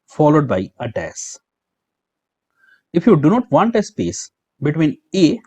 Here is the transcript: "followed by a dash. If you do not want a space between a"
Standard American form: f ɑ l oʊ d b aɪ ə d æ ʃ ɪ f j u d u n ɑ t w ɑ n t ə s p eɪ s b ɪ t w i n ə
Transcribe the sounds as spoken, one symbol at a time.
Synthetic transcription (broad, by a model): f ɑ l oʊ d b aɪ ə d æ s ɪ f j u d u n ɑ t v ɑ n t ə s p eɪ s b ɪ t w i n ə